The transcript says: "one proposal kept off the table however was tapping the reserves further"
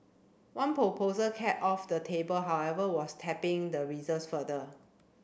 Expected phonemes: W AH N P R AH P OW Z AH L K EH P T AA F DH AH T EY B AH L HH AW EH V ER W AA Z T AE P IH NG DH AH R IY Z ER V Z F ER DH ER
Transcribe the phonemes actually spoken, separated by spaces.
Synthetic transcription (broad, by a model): W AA N P R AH P OW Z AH L K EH T AA F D AH T EY B AH L HH AW EH V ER W AA S T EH P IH NG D AH R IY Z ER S F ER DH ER